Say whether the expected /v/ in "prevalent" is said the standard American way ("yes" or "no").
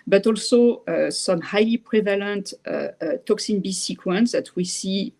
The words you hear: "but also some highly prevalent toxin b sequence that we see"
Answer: yes